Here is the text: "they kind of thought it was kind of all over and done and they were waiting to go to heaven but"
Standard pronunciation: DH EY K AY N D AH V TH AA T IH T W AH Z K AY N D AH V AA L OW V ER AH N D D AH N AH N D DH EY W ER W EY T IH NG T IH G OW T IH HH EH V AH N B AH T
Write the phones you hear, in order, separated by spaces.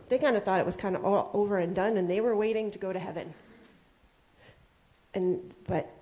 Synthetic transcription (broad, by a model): DH EY K AY N D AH TH AA T IH T W AH Z K AY N D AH AA L OW V ER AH N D D AH N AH N DH EY W ER W EY T IH NG T IH G OW T IH HH EH V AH N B AH T